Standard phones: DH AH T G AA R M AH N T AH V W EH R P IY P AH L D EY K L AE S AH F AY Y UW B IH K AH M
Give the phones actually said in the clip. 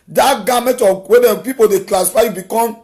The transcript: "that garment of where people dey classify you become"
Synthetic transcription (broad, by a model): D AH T G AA M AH T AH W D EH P IY P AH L D EY K L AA S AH F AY Y UW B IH K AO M